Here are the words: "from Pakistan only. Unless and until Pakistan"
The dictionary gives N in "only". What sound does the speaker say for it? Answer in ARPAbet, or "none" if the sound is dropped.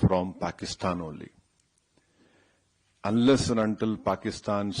none